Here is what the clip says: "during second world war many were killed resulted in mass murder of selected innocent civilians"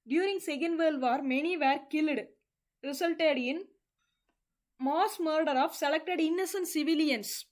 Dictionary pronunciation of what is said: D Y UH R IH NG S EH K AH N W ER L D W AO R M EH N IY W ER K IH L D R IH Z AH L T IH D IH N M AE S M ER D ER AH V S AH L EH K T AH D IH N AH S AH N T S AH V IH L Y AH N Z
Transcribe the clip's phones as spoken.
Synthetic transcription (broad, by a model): D Y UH R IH NG S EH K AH N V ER L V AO R M EH N IY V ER K IH L D R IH S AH L T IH D IH N M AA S M ER D ER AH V S AH L EH K T AH D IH N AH S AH N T S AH V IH L Y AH N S